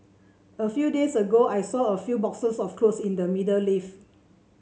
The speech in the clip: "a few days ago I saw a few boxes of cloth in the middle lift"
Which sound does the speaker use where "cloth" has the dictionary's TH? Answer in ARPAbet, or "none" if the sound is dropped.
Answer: S